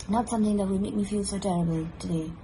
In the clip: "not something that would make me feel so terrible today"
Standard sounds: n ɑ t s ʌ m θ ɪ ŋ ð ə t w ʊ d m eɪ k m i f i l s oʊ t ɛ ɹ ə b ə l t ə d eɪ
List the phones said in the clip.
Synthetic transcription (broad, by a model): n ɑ t s ʌ m θ ɪ ŋ ð ə t w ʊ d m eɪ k m i f i l s oʊ t ɛ ɹ ə b ə l t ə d eɪ